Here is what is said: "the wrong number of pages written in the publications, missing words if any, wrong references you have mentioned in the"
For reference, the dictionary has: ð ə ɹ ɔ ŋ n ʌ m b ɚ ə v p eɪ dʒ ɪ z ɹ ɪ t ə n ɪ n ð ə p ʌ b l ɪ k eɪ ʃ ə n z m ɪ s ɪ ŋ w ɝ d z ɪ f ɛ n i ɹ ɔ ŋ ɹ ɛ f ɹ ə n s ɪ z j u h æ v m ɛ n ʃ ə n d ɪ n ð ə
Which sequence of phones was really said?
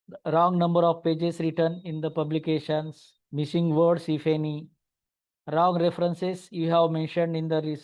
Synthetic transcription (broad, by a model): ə ɹ ɔ ŋ n ʌ m b ɚ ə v p eɪ dʒ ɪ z ɹ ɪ t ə n ɪ n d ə p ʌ b l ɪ k eɪ ʃ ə n s m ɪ s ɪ ŋ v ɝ d s ɪ f ɛ n i ɹ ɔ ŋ ɹ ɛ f ɹ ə n s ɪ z j u h æ v m ɛ n ʃ ə n d ɪ n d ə